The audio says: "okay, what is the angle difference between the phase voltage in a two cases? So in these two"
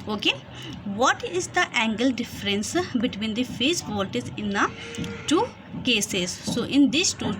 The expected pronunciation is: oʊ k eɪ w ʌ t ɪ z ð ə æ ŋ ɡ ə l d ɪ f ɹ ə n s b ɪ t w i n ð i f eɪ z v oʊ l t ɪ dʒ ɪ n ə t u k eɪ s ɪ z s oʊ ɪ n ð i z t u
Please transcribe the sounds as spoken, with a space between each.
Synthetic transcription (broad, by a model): oʊ k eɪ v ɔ t ɪ z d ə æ ŋ ɡ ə l d ɪ f ɹ ə n s b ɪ t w i n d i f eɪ s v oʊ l t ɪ z ɪ n ə t u k eɪ s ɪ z s oʊ ɪ n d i s t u